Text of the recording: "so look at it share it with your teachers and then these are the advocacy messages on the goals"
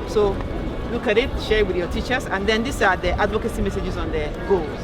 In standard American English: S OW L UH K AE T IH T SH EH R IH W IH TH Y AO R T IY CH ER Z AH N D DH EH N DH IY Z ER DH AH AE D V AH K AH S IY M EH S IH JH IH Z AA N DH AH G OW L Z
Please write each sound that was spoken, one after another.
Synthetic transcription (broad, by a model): S OW L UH K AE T IH T SH EH R W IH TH Y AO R T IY CH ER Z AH N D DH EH N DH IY S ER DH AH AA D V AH K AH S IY M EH S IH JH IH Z AA N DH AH G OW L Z